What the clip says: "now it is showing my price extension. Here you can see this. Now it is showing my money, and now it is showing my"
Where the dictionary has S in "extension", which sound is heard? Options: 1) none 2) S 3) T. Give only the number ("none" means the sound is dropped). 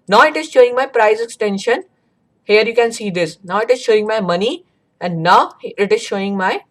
2